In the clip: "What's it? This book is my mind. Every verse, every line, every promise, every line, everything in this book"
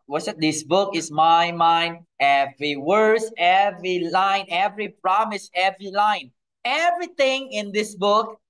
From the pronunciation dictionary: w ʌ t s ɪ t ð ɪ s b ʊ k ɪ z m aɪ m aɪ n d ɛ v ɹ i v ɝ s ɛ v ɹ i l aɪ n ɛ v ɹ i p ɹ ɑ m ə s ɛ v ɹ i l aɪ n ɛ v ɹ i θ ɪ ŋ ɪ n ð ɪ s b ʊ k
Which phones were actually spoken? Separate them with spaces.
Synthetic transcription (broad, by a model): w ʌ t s ɪ t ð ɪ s b ʊ k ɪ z m aɪ m aɪ n d ɛ v ɹ i w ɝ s ɛ v ɹ i l aɪ n ɛ v ɹ i p ɹ ɑ m ə s ɛ v ɹ i l aɪ n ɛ v ɹ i t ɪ ŋ ɪ n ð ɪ s b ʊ k